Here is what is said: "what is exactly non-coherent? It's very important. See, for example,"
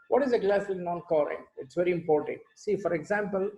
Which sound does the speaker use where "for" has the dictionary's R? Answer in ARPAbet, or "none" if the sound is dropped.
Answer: R